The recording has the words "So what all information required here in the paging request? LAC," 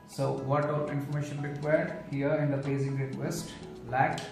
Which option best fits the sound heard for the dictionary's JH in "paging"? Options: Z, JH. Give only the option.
Z